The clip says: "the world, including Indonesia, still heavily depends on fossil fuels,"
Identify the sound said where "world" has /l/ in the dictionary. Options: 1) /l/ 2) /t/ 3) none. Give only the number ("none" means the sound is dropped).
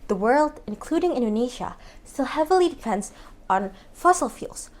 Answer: 1